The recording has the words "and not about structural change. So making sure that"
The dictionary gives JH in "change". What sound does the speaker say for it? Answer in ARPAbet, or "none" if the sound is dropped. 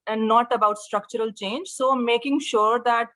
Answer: JH